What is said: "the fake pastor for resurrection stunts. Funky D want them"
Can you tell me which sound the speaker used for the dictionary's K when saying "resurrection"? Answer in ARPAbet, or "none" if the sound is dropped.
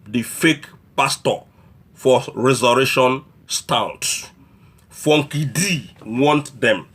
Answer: none